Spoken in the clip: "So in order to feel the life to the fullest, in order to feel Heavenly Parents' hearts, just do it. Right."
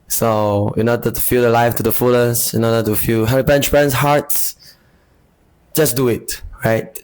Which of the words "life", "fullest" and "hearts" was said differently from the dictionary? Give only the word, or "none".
fullest